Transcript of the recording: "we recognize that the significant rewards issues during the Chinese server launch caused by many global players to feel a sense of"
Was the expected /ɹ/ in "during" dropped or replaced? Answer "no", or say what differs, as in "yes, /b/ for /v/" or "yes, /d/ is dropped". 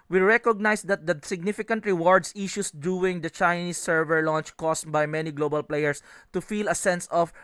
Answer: yes, /ɹ/ is dropped